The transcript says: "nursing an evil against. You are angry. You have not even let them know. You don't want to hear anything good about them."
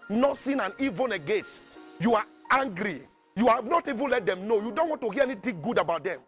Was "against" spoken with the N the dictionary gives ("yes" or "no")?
no